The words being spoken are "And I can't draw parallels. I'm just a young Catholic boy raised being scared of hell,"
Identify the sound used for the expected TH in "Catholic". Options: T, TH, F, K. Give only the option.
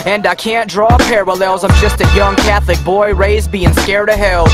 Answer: TH